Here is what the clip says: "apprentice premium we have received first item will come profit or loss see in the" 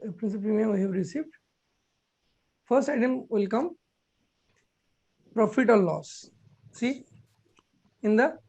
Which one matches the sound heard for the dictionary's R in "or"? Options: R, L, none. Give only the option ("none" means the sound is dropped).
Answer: L